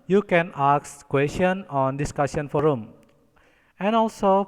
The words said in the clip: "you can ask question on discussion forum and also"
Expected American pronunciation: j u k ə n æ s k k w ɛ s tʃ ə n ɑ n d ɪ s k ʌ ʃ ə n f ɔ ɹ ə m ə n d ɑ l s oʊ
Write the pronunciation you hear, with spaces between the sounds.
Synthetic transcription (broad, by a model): j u k ə n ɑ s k k w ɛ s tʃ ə n ɑ n d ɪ s k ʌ s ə n f ɔ ɹ ə m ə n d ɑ l s oʊ